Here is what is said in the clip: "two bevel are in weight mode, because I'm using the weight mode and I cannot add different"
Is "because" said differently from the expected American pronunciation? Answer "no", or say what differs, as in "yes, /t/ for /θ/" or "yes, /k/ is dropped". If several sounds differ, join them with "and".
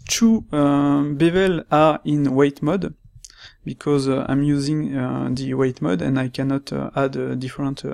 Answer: no